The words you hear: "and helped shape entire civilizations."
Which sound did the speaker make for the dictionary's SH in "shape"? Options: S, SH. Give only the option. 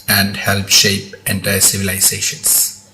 SH